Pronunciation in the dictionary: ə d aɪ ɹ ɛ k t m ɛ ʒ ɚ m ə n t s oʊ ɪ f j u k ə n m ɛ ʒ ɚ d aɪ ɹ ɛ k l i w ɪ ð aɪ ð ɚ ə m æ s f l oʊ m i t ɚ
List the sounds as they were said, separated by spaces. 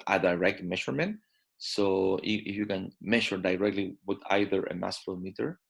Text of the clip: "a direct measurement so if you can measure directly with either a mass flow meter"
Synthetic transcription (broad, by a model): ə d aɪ ɹ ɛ k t m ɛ ʃ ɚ m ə n t s oʊ ɪ f j u k ə n m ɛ ʃ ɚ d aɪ ɹ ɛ k l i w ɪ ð aɪ ð ɚ ə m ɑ s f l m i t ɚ